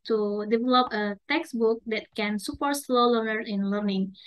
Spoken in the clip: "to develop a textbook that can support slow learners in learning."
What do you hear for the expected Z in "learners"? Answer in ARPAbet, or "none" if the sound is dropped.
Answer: none